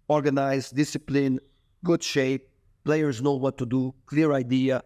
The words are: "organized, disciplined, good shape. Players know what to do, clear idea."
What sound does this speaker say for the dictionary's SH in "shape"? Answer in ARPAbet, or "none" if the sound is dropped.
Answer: SH